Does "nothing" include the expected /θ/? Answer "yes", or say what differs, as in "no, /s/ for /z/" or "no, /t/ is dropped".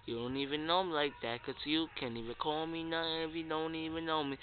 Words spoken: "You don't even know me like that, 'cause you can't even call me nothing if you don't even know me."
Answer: no, /t/ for /θ/